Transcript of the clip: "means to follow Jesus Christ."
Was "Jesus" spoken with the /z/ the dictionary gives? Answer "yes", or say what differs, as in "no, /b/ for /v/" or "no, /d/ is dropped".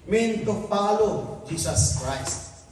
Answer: no, /s/ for /z/